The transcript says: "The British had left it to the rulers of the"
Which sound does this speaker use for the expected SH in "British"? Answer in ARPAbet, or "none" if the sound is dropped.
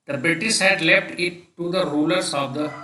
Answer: S